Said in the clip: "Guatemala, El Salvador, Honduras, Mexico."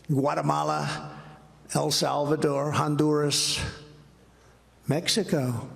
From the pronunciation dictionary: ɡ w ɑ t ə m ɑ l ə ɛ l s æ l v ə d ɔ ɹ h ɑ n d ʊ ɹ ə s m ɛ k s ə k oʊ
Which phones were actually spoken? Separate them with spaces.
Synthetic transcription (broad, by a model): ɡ w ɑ t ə m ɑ l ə ɛ l s æ l v ə d ɔ ɹ h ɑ n d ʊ ɹ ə s m ɛ k s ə k oʊ